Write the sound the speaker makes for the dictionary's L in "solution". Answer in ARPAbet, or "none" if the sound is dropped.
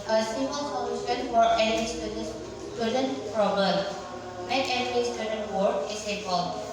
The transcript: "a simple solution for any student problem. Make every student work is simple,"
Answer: N